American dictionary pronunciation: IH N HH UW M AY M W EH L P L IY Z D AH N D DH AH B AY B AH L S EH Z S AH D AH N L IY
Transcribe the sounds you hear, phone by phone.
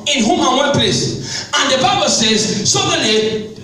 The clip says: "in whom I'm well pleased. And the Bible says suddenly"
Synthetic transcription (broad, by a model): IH N HH UW M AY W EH N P L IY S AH N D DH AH B AY B AH L S EH Z S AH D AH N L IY